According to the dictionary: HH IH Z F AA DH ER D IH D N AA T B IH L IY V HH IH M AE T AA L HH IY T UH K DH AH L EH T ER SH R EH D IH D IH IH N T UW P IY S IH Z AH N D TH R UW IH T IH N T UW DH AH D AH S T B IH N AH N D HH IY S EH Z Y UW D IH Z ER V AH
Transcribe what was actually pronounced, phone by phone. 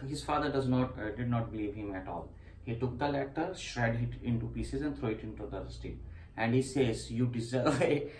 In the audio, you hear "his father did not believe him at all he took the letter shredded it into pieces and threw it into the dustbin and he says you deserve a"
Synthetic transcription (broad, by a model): HH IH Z F AA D ER D IH D N AA T B IH L IY V HH IH M AE T AA L HH IY T UH K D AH L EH T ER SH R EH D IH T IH IH N T UW P IY S IH Z AH N D T R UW IH T IH N T UW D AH S T IH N AH N D HH IY S EH Z Y UW D IH Z ER V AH